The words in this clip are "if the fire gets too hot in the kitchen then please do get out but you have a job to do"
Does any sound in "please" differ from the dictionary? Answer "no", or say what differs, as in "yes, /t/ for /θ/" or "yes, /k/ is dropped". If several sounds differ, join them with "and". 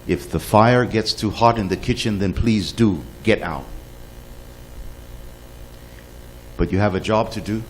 no